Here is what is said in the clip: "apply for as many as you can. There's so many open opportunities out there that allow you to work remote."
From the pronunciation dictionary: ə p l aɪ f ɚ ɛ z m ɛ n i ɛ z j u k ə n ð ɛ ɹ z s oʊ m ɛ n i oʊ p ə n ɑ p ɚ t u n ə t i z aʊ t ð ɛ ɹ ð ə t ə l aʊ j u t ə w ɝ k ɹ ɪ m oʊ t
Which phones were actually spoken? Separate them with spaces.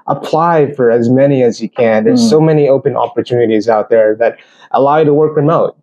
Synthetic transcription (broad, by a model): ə p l aɪ f ɚ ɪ z m ɛ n i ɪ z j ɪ k ə n ð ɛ ɹ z s oʊ m ɛ n i oʊ p ə n ɑ p ɚ t u n ə t i z aʊ t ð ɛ ɹ ð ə t ə l aʊ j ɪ t ə w ɝ k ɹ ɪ m oʊ t